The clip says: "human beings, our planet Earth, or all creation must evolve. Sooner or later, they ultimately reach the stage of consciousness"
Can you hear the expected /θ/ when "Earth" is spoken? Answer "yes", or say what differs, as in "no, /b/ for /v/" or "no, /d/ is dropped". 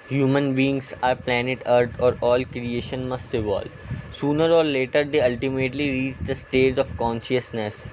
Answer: no, /t/ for /θ/